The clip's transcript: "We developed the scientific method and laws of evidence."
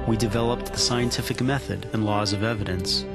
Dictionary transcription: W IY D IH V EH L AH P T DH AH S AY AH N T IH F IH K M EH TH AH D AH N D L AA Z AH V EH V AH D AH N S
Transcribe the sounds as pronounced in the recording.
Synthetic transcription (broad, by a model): W IY D IH V EH L AH P T DH AH S AY AH N T IH F IH K M EH TH AH D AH N L AA Z AH V EH V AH D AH N S